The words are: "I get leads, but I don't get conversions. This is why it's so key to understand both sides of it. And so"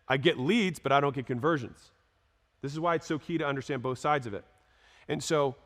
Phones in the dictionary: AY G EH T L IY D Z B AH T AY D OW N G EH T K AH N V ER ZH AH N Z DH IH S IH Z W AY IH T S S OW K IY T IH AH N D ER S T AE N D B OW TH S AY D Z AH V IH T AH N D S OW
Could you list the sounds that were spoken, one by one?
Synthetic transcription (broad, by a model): AY G EH T L IY D Z B AH T AY D OW N G EH T K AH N V ER ZH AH N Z DH IH S IH Z W AY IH T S S OW K IY T IH AH N D ER S T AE N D B OW TH S AY D Z AH V IH T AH N S OW